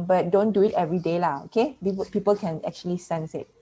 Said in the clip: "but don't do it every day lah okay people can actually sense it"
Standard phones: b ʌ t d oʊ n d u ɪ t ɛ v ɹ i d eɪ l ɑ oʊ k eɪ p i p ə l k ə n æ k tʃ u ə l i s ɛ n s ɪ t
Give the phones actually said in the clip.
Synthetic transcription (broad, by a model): b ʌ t d oʊ n d u ɪ t ɛ v ɹ i d eɪ l ɑ oʊ k eɪ p i p ə l k ə n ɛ k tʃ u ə l i s ɛ n s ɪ t